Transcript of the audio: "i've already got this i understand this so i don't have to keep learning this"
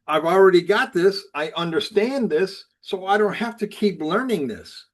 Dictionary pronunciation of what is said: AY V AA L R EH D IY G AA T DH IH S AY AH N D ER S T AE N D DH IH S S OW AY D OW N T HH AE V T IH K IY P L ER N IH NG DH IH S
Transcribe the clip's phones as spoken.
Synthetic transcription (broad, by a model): AY V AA L R EH D IY G AA T DH IH S AY AH N D ER S T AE N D DH IH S S OW AY D OW N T HH AE F T IH K IY P L ER N IH NG DH IH S